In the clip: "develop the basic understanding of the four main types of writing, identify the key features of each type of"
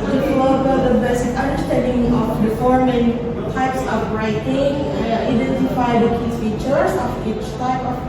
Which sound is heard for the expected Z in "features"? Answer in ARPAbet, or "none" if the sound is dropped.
S